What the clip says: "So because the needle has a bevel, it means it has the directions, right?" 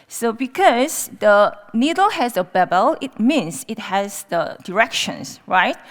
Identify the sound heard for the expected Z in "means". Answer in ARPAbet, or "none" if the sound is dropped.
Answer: S